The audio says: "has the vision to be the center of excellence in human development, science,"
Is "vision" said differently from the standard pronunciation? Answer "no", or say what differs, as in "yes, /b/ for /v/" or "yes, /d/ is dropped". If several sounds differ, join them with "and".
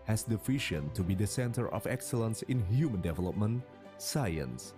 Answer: yes, /f/ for /v/ and /ʃ/ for /ʒ/